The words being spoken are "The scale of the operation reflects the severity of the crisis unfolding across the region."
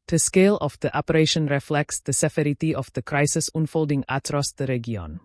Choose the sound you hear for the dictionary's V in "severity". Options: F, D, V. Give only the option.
F